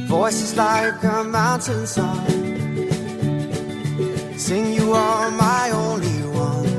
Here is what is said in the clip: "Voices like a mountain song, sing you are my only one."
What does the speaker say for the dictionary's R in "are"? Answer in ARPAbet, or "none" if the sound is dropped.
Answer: L